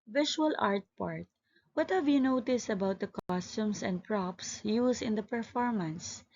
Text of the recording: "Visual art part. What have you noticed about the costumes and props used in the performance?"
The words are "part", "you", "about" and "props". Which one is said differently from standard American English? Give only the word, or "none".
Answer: none